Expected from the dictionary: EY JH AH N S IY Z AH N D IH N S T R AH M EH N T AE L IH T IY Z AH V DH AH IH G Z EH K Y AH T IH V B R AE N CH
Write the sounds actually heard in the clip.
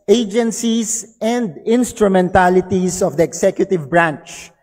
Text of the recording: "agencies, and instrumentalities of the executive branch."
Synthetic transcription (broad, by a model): EY JH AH N S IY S AH N D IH N S T R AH M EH N T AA L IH T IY S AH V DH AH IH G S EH K Y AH T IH V B R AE N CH